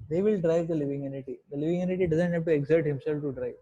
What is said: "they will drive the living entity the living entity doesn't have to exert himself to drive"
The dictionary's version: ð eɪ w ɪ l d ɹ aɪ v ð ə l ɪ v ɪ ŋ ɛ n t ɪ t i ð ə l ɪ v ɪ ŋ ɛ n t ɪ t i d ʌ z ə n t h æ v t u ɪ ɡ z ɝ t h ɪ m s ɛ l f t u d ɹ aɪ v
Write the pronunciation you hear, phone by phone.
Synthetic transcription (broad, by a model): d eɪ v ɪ l d ɹ aɪ v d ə l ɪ v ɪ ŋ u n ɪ t i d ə l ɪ v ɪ ŋ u n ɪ t i d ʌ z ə n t h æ b t u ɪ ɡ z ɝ t h ɪ m s ɛ l f t u d ɹ aɪ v